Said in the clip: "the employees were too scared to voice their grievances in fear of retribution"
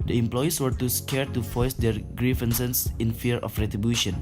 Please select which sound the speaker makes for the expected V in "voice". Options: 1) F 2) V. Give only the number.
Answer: 1